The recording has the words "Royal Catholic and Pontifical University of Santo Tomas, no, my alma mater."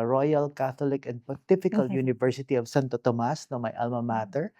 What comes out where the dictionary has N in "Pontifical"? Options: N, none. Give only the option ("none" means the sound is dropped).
none